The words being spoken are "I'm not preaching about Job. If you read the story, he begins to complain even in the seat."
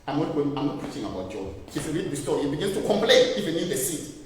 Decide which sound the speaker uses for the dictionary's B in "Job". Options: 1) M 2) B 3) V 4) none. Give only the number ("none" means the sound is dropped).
4